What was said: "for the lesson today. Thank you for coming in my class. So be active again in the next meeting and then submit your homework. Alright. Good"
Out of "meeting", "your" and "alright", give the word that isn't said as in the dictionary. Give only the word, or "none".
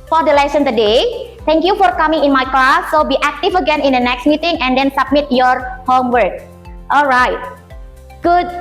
none